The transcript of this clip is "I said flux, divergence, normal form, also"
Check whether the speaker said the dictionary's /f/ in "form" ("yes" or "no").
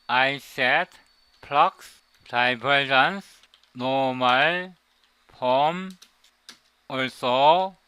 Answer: no